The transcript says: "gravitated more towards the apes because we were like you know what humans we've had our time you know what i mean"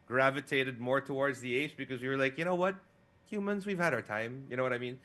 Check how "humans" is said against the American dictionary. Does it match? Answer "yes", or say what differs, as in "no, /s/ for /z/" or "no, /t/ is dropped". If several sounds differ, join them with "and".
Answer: yes